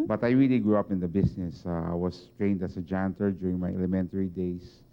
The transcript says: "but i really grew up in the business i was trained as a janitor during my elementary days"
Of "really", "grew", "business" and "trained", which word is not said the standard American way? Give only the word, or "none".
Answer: business